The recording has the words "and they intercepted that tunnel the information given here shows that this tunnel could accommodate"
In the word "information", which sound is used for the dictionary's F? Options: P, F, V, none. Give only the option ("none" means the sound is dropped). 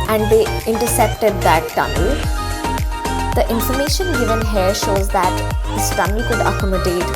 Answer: F